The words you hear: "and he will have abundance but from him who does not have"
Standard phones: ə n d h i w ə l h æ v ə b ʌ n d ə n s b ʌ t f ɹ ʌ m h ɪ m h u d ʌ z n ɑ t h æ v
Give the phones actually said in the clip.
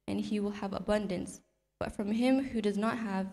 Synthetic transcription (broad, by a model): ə n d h i w ə l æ v ə b ʌ n d ə n s b ʌ t f ɹ ʌ m h ɪ m h u d ʌ z n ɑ t h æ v